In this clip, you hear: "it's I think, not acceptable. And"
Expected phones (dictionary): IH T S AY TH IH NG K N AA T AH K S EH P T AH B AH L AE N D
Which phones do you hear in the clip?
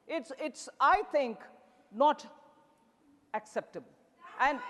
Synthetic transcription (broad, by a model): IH T S AY T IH NG K N AA T AH K S EH P T AH B AH L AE N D